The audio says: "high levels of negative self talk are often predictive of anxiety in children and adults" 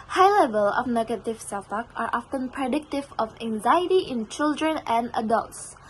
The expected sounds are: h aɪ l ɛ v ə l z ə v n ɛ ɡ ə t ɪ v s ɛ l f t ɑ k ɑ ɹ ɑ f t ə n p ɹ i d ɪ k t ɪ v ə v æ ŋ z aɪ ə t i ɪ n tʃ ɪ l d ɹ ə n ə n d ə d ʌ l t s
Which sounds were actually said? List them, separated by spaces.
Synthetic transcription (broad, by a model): h aɪ l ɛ v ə l ə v n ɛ ɡ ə t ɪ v s ɛ l f t ɑ k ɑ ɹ ɑ f t ə n p ɹ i d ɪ k t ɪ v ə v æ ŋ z aɪ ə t i ɪ n tʃ ɪ l d ɹ ə n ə n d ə d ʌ l t s